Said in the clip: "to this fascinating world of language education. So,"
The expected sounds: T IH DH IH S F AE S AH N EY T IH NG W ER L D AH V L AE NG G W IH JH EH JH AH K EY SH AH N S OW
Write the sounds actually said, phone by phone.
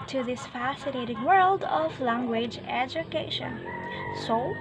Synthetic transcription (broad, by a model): T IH DH IH S F AE S AH N EY T IH NG W ER L D AH V L AE NG G W IH JH EH JH AH K EY SH AH N S OW